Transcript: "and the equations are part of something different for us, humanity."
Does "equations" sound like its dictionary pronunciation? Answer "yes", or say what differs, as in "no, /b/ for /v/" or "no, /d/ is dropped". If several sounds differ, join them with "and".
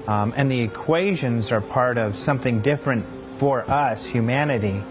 yes